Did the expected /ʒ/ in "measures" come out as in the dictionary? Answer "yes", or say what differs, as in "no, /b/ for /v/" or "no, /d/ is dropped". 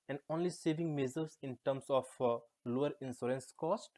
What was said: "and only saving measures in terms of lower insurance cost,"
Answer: no, /z/ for /ʒ/